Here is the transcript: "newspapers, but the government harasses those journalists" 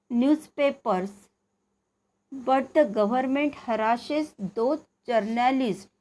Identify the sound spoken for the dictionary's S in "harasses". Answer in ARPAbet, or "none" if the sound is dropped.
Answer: SH